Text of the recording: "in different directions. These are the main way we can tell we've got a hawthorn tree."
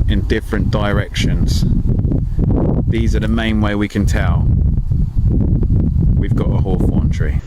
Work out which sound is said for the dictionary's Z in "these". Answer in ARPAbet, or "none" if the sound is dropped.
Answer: Z